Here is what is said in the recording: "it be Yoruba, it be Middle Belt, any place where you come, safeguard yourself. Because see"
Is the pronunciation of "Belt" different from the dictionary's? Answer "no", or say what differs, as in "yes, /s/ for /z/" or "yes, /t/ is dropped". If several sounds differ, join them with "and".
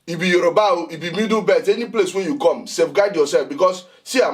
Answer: yes, /l/ is dropped